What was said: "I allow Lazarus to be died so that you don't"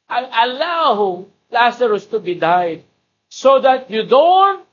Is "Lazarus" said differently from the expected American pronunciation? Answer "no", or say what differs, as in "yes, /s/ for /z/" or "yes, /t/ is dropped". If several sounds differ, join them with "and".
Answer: yes, /s/ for /z/